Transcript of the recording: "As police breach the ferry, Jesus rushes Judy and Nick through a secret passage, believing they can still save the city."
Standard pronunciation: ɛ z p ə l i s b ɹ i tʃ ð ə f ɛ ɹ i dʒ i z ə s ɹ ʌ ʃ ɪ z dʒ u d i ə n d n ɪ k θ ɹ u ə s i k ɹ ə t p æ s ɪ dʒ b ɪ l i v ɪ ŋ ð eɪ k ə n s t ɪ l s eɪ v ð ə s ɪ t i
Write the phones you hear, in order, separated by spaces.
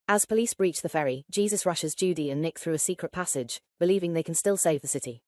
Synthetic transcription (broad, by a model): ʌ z p ə l i s b ɹ i tʃ ð ə f ɛ ɹ i dʒ i z ə s ɹ ʌ ʃ ɪ z dʒ u d i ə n n ɪ k θ ɹ u ə s i k ɹ ə t p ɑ s ɪ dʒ b ɪ l i v ɪ ŋ ð eɪ k ə n s t ɪ l s eɪ v ð ə s ɪ t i